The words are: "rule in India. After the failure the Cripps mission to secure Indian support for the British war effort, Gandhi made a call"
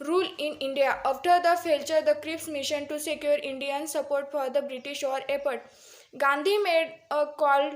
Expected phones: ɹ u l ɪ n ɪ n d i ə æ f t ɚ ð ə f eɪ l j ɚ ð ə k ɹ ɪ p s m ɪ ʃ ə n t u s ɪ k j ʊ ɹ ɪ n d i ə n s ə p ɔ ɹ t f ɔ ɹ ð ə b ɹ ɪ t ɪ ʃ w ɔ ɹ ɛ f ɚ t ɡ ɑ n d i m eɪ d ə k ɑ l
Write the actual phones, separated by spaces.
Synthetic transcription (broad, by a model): ɹ u l ɪ n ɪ n d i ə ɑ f t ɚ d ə f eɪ l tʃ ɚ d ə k ɹ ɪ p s m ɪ ʃ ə n t u s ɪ k j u ɹ ɪ n d i ə n s ə p ɔ ɹ t f ɔ ɹ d ə b ɹ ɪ t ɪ ʃ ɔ ɹ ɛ p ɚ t ɡ ɑ n d i m eɪ d ə k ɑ l